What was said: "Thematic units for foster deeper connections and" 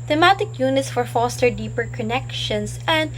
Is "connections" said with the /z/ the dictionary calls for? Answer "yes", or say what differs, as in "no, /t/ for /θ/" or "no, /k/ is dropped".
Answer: no, /s/ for /z/